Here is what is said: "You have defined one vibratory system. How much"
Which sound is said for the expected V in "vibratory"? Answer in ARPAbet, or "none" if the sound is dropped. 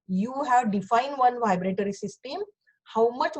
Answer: V